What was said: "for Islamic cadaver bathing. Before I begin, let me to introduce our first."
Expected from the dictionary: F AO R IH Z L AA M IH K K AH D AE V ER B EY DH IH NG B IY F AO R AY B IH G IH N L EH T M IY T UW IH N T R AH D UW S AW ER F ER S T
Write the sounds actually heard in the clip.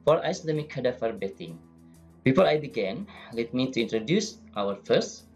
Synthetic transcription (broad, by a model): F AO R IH S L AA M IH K K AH D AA F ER B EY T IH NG B IY F AO R AY B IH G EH N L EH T M IY T UW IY N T R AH D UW S AW ER F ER S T